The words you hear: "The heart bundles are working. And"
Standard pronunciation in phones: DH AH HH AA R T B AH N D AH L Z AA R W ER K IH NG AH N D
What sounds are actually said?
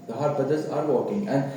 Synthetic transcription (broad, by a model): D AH HH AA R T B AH D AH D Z AA R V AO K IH NG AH N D